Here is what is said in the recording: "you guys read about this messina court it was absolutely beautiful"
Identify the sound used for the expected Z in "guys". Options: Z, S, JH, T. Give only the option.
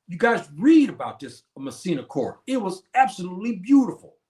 Z